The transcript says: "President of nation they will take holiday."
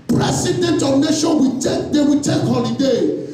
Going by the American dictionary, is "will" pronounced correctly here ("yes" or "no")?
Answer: no